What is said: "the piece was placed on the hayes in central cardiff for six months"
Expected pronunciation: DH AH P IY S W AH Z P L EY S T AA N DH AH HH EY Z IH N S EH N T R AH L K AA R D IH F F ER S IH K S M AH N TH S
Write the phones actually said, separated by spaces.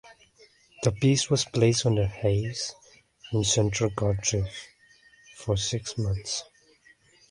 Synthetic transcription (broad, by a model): DH AH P IY S W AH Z P L EY S T N DH AH HH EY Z IH N S EH N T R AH L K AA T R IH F F ER S IH K S M AH N TH S